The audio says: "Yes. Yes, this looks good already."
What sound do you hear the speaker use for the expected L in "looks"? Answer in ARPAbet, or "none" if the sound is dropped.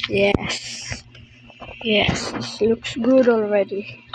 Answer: L